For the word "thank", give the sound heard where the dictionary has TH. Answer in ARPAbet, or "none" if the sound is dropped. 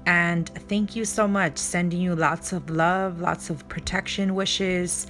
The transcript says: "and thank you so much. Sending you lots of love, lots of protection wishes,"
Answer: TH